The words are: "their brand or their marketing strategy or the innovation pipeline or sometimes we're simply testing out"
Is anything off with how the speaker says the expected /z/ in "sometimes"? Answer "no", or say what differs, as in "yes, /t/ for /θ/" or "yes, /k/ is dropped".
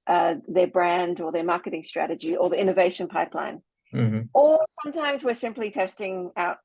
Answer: no